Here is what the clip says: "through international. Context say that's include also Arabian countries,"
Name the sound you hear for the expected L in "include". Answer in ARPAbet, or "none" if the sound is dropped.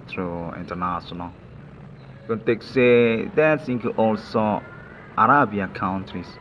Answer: none